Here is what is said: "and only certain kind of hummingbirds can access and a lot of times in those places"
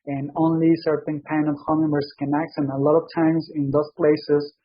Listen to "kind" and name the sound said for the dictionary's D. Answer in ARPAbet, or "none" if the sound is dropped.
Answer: none